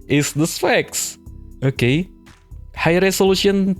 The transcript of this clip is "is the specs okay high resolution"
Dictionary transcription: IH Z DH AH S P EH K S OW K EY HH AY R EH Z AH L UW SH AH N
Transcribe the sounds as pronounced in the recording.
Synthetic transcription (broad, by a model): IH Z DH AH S F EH K S OW K EY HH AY R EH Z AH L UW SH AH N